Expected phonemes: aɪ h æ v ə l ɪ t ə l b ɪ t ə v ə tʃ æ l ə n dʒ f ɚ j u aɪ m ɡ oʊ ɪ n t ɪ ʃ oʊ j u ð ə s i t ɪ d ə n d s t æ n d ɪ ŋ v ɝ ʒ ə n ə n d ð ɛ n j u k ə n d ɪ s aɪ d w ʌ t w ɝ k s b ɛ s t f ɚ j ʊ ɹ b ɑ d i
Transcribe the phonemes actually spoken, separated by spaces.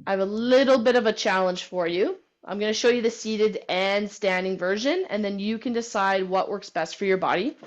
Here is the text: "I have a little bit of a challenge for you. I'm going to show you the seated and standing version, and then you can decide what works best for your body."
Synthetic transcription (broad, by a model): aɪ v ə l ɪ t l b ɪ t ə v ə tʃ æ l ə n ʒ f ɚ j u aɪ m ɡ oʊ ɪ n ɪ ʃ oʊ j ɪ ð ə s i t ɪ d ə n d s t æ n d ɪ ŋ v ɝ ʒ ə n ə n ð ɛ n j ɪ k ə n d ɪ s aɪ d w ʌ t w ɝ k s b ɛ s t f ɚ j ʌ ɹ b ɑ d i